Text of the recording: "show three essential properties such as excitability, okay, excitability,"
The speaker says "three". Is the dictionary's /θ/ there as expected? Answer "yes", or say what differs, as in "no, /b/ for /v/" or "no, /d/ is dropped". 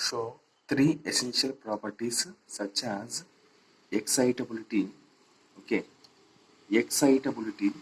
no, /t/ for /θ/